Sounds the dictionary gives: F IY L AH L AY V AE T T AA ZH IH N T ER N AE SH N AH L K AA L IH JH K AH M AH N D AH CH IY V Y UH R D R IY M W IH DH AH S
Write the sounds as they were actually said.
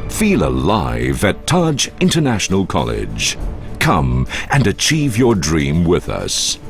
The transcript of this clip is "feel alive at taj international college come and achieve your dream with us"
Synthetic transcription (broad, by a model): F IY L AH L AY V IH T T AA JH IH N T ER N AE SH N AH L K AA L IH JH K AH M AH N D AH CH IY V Y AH R D R IY M W IH DH AH S